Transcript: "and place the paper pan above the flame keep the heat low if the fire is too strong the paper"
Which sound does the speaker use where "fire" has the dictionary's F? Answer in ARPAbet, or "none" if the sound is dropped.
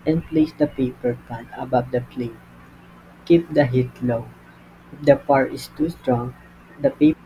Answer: P